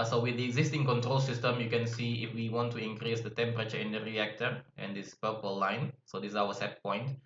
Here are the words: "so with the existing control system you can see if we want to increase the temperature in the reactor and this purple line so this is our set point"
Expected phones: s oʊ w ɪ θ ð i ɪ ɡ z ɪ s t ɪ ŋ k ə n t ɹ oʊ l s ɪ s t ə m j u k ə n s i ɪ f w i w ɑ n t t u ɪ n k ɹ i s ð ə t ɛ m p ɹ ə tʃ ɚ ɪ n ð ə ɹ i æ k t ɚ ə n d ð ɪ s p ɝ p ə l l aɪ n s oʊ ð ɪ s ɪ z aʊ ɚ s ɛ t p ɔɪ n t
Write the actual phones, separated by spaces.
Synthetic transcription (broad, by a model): s oʊ w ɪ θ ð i ɪ ɡ z ɪ s t ɪ ŋ k ə n t ɹ oʊ l s ɪ s t ə m j u k ə n s i ɪ f w i w ɑ n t t u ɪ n k ɹ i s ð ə t ɛ m p ɹ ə tʃ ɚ ɪ n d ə ɹ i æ k t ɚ ə n d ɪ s p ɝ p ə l l aɪ n s oʊ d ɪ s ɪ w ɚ s ɛ t p ɔɪ n t